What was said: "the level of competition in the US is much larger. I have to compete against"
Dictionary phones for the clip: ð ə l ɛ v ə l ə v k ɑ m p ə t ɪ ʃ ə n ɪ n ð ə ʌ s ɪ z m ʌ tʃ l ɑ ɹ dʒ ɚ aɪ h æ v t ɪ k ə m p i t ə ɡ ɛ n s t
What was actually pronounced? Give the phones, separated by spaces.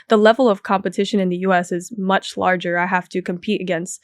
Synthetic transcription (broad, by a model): ð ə l ɛ v l ə v k ɑ m p ə t ɪ ʃ ə n ɪ n ð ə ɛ s ɪ z m ʌ tʃ l ɑ ɹ dʒ ɚ aɪ h æ f t ɪ k ə m p i t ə ɡ ɛ n s t